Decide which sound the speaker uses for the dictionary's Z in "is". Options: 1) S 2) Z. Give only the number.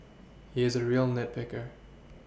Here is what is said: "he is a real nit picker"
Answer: 2